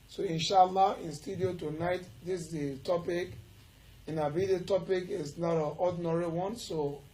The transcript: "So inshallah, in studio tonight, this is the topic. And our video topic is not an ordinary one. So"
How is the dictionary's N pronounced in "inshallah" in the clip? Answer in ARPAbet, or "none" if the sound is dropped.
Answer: N